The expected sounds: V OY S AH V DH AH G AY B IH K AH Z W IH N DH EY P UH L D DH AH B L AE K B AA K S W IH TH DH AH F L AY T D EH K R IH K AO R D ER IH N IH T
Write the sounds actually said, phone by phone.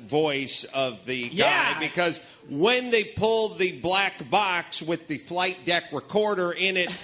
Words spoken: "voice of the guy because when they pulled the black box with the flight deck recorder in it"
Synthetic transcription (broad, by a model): V OY S AH V DH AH G AY B IH K AH Z W IH N DH EY P UH L D DH AH B L AE K B AA K S W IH DH AH F L AY T D EH K R IH K AO R D ER IH N IH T